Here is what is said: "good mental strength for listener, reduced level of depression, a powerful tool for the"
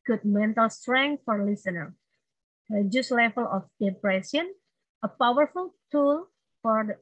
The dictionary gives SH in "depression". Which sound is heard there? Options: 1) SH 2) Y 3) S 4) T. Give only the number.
3